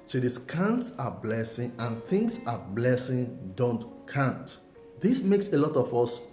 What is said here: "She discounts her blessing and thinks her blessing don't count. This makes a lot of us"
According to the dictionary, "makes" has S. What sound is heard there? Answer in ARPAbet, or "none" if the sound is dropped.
S